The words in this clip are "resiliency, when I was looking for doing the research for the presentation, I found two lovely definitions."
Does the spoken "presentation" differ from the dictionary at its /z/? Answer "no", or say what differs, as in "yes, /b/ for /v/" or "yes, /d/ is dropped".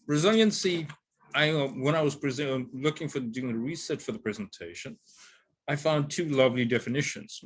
no